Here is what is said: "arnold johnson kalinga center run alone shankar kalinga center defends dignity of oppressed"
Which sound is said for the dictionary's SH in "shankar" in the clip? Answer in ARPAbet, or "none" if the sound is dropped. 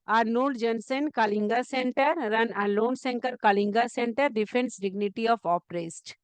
S